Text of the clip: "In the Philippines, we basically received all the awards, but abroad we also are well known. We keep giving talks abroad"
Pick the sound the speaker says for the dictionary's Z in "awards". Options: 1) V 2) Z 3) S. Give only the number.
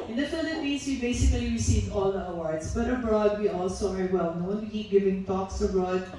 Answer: 3